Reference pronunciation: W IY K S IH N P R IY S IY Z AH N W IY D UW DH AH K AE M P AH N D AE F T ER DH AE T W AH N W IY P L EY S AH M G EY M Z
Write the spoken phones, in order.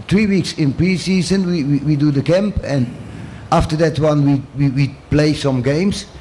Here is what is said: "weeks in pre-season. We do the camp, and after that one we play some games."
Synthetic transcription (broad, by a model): W IY K S IH N P R IY S IY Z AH N W IY D UW DH AH K AE M P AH N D AE F T ER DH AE T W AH N W IY P L EY S AH M G EY M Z